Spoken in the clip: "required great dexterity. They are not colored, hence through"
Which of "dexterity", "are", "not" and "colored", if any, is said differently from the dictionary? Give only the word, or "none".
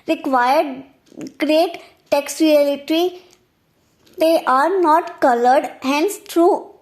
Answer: dexterity